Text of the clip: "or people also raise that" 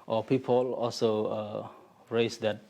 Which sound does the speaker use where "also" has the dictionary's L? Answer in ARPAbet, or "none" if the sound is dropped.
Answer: L